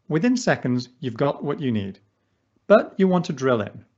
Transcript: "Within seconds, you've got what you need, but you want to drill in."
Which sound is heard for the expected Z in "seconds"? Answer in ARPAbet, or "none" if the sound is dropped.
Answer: Z